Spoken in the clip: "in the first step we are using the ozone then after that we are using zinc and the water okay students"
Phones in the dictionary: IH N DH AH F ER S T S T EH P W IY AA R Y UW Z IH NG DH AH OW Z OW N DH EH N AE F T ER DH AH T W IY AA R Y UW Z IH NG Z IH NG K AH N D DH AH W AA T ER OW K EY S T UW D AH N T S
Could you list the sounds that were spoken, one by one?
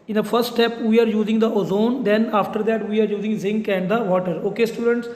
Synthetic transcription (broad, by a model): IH N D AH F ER S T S T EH P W IY AA R Y UW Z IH NG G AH OW Z OW N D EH N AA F T ER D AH T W IY AA R Y UW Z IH NG Z IH NG K AH N D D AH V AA T ER OW K EY S T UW D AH N T S